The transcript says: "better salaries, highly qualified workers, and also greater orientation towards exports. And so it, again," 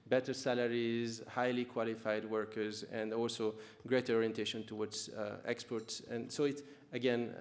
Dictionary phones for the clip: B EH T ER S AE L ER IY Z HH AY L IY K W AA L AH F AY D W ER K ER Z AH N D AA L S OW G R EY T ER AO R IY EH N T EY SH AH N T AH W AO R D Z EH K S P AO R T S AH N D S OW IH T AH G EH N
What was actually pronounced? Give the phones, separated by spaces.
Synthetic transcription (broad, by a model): B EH T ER S AE L ER IY Z HH AY L IY K W AA L AH F AY D W ER K ER Z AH N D AA L S OW G R EY T ER AO R IY EH N T EY SH AH N T AH W AO R D Z EH K S P AO R T S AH N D S OW IH T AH G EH N